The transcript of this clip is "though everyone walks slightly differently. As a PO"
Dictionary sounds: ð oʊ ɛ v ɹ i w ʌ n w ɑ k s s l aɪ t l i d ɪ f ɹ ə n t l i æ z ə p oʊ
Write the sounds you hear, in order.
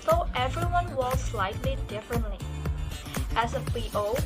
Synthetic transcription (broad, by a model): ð oʊ ɛ v ɹ i w ʌ n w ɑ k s s l aɪ t l i d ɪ f ɹ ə n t l i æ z ə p oʊ